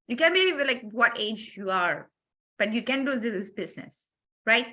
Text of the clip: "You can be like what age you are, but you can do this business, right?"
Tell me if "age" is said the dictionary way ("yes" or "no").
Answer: yes